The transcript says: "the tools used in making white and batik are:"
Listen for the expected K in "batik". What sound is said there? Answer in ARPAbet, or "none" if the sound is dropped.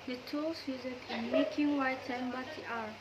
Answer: none